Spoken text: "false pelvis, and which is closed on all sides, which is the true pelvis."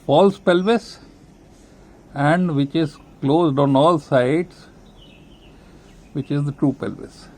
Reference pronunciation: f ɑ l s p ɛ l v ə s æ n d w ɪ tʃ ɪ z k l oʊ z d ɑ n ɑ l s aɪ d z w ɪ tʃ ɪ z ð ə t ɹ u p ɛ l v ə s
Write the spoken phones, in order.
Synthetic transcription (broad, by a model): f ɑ l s p ɛ l v ə s æ n d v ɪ tʃ ɪ z k l oʊ z d ɑ n ɑ l s aɪ d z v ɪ tʃ ɪ z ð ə t ɹ u p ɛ l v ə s